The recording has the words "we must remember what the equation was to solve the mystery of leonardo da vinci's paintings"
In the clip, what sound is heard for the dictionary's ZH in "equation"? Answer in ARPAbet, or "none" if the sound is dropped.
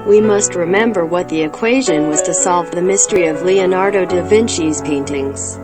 ZH